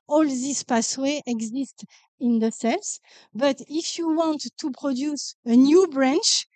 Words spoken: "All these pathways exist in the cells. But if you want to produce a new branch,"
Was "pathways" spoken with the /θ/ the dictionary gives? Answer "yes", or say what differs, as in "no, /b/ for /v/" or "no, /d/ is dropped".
no, /s/ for /θ/